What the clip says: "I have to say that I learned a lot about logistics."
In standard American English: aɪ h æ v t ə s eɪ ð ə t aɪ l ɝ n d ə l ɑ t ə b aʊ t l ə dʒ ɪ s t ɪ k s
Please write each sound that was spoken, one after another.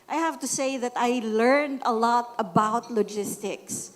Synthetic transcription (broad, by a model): aɪ h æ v t ə s eɪ ð ə t aɪ l ɝ n d ə l ɑ t ə b aʊ t l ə dʒ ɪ s t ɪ k s